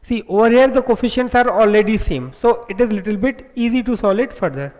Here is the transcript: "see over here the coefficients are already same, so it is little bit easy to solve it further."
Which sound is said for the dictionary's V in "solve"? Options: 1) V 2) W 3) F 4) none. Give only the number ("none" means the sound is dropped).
4